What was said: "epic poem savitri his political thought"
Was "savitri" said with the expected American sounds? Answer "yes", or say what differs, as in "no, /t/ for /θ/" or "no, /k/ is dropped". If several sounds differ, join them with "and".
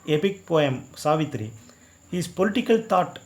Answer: yes